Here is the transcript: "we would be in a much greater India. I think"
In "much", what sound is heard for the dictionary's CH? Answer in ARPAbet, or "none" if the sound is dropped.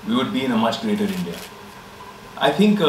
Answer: CH